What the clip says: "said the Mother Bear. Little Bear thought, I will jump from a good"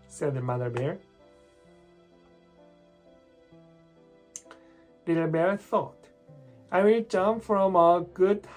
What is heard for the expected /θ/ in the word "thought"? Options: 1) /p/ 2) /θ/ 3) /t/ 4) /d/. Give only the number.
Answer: 2